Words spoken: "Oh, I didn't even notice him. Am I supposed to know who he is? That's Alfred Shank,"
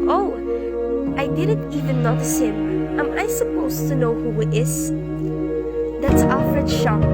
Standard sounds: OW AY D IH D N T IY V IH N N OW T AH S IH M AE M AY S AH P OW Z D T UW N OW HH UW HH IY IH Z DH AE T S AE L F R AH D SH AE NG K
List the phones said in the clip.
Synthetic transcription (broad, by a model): OW AY D IH D N T IY V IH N N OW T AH S IH M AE M AY S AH P OW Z T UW N OW HH UW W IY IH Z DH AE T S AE F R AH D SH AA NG